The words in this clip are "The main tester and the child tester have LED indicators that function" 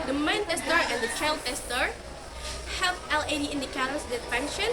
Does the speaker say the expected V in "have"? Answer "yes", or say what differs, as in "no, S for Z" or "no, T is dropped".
no, F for V